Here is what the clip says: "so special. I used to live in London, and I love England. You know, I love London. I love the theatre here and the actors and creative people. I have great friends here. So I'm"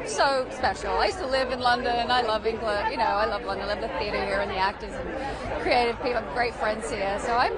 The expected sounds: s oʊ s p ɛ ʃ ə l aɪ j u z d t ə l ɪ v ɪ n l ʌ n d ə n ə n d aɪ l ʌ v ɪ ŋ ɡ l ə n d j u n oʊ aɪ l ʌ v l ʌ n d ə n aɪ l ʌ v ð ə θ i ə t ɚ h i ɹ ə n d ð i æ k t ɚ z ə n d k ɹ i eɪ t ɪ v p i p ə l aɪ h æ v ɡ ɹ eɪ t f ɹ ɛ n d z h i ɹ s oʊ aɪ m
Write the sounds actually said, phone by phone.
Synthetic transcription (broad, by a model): s oʊ s p ɛ ʃ l aɪ j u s t ə l ɪ v ɪ n l ʌ n d ə n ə n aɪ l ʌ v ɪ ŋ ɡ l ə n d j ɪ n oʊ aɪ l ʌ v l ʌ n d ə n l ʌ v ð ə θ i ə t ɚ h i ɹ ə n ð i æ k t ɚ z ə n k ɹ i eɪ t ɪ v p i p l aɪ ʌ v ɡ ɹ eɪ t f ɹ ɛ n d z h i ɹ s oʊ aɪ m